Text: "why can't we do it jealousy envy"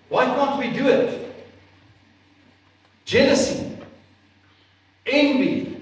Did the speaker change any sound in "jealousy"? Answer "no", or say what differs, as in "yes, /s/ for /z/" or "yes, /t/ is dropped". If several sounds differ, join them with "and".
yes, /n/ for /l/